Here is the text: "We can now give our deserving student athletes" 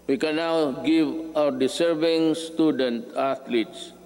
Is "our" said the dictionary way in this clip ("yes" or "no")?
no